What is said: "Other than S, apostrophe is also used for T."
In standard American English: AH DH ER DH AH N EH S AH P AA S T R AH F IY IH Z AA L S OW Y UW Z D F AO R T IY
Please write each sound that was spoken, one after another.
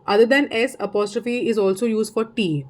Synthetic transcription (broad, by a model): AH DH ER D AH N EH S AH P AA S T R AH F IY IH Z AA L S OW Y UW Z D F AO R T IY